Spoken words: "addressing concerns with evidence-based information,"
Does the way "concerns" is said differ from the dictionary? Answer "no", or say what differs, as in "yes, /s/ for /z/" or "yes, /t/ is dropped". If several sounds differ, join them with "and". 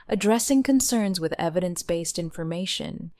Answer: no